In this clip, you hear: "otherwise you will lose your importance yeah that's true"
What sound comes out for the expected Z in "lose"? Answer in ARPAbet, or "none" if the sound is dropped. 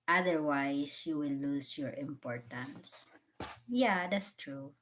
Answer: S